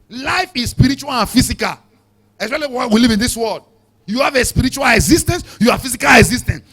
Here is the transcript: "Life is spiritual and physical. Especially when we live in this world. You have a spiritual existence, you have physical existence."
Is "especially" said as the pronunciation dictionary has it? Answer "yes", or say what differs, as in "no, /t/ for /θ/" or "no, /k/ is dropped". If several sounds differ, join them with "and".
no, /ʃ/ is dropped